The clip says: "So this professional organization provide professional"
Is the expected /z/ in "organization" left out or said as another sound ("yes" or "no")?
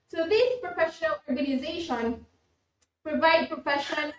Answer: no